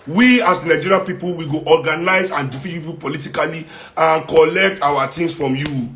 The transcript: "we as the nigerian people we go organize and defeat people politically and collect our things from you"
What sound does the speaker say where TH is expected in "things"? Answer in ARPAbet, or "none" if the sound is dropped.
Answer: T